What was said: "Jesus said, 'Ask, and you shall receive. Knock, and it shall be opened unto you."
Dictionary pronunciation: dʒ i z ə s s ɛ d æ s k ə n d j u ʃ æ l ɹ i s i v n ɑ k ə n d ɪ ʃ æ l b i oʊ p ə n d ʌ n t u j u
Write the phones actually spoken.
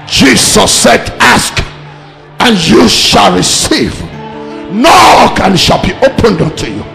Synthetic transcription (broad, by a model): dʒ i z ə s s ɛ d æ s k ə n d j u ʃ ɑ l ɹ i s i v n ɑ k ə n ʃ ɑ l b i oʊ p ə n d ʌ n t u j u